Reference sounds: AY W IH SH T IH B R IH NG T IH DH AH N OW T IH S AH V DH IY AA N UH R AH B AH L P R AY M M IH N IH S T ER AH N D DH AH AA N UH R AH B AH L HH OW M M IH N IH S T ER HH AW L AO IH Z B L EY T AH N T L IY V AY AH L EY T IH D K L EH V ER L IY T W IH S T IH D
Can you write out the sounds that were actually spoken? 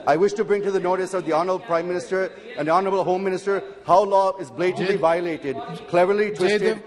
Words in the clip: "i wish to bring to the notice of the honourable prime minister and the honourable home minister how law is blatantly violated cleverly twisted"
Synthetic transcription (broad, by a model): AY W IH SH T IH B R IH NG T IH DH AH N OW T IH S AH V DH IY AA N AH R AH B L P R AY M M IH N IH S T ER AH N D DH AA N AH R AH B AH L HH OW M M IH N IH S T ER HH AW L AO IH Z B L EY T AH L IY V AY AH L EY T IH D K L EH V ER L IY T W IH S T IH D